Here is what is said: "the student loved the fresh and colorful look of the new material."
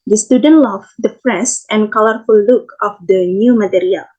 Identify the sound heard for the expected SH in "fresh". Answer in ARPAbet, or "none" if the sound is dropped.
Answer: S